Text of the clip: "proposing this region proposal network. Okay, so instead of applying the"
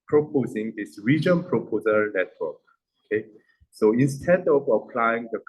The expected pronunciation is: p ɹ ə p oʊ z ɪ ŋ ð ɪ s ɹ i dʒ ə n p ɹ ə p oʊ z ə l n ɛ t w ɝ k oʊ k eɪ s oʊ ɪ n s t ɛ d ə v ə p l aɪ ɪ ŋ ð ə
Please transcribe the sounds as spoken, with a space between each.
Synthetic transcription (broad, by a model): p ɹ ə p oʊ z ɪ ŋ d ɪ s ɹ i dʒ ə n p ɹ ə p oʊ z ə n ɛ t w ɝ k oʊ k eɪ s oʊ ɪ n s t ɛ d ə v ə p l aɪ ɪ ŋ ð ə